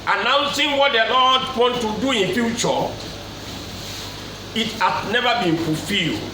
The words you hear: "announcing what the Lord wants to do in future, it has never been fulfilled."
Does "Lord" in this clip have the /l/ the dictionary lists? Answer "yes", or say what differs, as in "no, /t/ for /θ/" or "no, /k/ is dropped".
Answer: no, /n/ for /l/